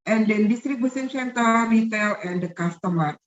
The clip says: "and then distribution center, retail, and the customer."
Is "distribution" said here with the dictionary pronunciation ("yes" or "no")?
no